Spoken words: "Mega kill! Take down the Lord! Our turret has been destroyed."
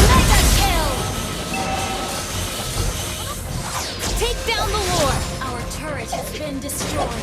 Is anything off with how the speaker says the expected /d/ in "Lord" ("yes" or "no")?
yes